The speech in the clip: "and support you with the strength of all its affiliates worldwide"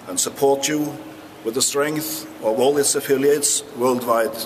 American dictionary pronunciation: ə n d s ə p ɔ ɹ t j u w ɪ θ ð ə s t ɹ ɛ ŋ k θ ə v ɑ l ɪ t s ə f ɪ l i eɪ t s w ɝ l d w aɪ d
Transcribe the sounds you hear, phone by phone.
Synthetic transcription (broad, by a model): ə n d s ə p ɔ ɹ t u w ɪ ð ə s t ɹ ɛ ŋ k θ ə v ɑ l ɪ t s ə f ɪ l i eɪ t s w ɝ l d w aɪ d